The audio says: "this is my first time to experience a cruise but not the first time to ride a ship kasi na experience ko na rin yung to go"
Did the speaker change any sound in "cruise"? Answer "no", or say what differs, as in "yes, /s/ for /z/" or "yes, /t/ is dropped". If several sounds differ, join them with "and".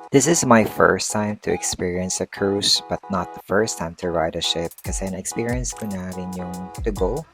yes, /s/ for /z/